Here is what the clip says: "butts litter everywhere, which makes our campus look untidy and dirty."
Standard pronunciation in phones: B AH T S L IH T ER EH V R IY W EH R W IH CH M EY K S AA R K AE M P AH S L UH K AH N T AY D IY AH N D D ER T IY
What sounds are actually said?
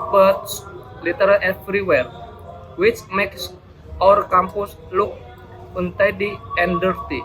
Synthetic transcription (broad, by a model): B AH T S L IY T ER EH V R IY W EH R W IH CH M EY K S AA R K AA M P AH S L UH K AH N T AY D IY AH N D D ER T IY